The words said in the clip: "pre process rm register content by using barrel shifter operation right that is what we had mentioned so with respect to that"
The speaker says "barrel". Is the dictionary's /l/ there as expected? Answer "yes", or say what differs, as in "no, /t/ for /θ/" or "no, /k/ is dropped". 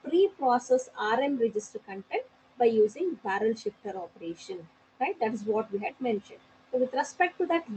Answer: yes